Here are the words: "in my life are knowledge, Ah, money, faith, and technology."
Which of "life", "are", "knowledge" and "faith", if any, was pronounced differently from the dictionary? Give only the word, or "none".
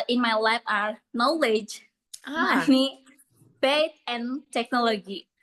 faith